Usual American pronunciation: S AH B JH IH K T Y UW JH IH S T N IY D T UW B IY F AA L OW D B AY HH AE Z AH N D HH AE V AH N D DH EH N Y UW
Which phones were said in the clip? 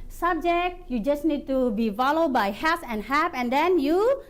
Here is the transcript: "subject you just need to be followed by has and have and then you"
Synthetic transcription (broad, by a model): S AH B JH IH K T Y UW JH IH S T N IY D T UW B IY F AA L OW D B AY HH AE S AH N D HH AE P AH N D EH N Y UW